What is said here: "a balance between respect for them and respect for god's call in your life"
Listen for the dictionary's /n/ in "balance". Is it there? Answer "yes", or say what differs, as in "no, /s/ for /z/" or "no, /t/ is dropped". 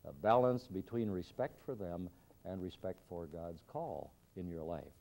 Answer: yes